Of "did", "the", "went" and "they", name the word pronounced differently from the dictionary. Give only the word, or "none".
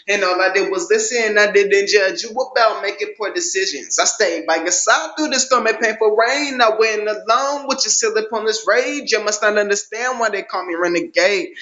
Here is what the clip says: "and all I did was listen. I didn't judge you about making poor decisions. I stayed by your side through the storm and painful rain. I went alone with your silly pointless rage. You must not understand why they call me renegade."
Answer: went